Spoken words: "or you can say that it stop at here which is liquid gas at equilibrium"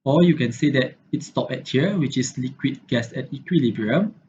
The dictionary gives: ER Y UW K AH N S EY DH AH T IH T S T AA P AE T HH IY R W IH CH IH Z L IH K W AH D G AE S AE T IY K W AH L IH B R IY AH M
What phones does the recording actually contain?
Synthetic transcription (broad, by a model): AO Y UW K AH N S EY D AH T IH T S T AA P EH T HH IY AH W IH CH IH S L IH K W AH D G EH S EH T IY K W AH L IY B R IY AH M